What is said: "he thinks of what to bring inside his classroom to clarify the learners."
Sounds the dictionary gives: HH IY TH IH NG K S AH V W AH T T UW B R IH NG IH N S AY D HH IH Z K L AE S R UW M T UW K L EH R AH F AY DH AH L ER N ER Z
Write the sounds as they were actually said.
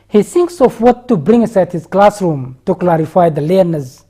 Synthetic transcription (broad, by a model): HH IY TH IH NG K S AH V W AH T T UW B R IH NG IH S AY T HH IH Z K L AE S R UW M T UW K L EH R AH F AY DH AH L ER N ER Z